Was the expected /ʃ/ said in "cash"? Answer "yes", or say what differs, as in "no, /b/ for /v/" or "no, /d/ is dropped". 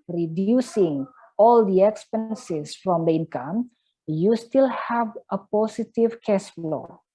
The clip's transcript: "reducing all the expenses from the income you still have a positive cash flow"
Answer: no, /s/ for /ʃ/